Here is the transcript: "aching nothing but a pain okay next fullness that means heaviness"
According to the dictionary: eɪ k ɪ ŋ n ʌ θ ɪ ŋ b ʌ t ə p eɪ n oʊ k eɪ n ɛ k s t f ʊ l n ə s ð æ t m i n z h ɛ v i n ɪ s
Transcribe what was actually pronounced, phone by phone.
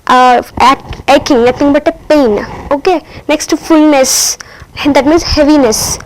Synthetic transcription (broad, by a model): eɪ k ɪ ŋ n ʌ t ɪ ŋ b ʌ t ə p eɪ n oʊ k eɪ n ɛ k s t f ʊ l n ə s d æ t m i n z h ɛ v i n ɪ s